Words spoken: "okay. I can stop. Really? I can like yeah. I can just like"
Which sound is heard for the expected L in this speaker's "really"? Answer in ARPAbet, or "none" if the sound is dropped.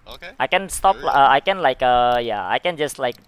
none